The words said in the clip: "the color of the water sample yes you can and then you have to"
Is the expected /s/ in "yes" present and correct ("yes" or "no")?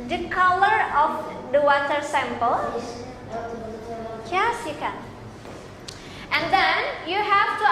yes